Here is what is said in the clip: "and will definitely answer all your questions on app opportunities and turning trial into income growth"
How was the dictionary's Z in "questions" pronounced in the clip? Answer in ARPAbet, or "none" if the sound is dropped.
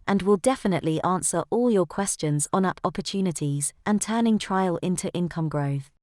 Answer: Z